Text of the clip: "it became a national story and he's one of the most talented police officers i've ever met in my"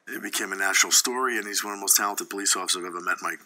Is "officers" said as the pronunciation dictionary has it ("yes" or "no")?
no